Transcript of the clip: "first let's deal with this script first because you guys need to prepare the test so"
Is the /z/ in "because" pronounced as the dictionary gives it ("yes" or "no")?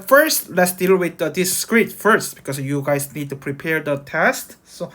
no